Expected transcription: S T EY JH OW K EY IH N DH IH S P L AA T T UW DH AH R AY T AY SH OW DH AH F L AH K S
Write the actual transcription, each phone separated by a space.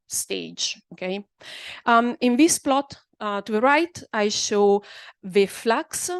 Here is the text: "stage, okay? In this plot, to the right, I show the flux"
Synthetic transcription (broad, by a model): S T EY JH OW K EY IH N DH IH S P L AA T T UW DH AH R AY T AY SH OW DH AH F L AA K S